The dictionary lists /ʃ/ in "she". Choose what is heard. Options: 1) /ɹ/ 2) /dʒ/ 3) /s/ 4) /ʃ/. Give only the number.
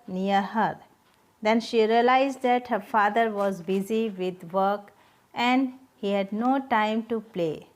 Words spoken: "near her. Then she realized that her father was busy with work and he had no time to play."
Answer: 4